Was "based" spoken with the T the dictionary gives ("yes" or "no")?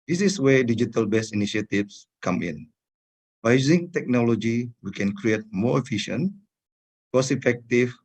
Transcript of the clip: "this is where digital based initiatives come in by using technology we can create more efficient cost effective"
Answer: no